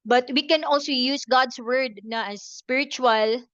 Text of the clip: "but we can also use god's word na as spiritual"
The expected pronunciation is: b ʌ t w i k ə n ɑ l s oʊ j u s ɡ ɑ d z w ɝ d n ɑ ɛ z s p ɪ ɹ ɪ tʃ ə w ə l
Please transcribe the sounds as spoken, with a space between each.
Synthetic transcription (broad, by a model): b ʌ t w i k ə n ɑ l s oʊ j u s ɡ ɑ d s w ɝ d n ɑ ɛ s p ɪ ɹ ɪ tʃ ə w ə l